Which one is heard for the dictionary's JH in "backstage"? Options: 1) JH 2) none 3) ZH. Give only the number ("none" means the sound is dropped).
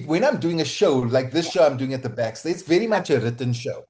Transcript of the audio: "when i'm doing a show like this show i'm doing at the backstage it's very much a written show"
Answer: 2